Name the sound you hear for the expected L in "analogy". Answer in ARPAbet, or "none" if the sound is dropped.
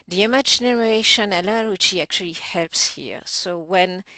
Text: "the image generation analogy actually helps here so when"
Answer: W